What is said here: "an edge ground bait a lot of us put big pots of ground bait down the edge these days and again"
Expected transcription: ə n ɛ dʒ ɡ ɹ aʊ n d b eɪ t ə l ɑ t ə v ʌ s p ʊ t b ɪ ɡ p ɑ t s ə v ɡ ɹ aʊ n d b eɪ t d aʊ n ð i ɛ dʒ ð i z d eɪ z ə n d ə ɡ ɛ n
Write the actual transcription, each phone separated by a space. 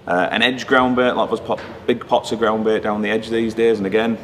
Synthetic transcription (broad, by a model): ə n ɛ dʒ ɡ ɹ aʊ n b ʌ t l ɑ ə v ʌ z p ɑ b ɪ ɡ p ɑ t s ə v ɡ ɹ aʊ n b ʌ t d aʊ n ð i ɛ dʒ ð i z d eɪ z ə n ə ɡ ɛ n